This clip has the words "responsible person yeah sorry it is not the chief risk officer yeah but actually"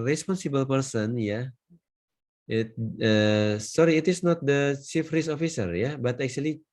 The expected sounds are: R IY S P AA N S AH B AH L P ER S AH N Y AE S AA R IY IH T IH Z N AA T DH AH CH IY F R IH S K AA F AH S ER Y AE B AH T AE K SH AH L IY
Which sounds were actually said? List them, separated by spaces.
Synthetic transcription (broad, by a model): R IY S P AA N S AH B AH L P ER S AH N Y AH S AA R IY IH T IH S N AA T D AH CH IY F R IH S AA F AH S ER Y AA B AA T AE K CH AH L IY